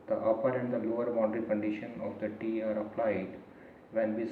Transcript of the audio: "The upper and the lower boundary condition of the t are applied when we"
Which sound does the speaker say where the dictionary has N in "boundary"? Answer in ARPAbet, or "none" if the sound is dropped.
none